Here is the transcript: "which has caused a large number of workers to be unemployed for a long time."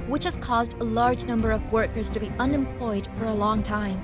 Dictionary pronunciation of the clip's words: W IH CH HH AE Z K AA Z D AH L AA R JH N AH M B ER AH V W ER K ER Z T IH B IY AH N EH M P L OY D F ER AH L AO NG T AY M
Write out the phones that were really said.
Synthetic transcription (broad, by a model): W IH CH HH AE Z K AA Z D AH L AA R JH N AH M B ER AH V W ER K ER Z T IH B IY AH N EH M P L OY D F ER AH L AO NG T AY M